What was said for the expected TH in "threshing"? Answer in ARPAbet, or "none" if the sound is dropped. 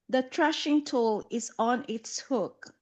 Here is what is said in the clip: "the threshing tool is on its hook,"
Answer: T